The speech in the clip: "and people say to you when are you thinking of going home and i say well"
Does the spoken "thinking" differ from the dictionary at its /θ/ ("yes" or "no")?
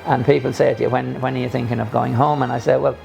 no